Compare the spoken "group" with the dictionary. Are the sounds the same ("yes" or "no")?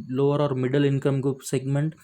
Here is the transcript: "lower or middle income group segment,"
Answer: no